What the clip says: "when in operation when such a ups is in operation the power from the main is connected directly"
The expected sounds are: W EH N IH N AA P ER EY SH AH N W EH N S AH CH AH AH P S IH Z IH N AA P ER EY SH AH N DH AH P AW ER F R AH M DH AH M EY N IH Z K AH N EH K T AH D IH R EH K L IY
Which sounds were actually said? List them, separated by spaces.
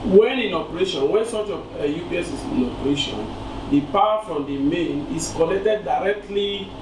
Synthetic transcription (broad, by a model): W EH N IH N AA P ER EY SH AH N W EH N S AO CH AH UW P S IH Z IH N AA P ER EY SH AH N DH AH P AW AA F R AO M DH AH M EY N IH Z K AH L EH K T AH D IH R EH K L IY